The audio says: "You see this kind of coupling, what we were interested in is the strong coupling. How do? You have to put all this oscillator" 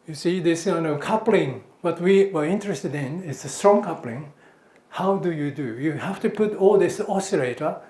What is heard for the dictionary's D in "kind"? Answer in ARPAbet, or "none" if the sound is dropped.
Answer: none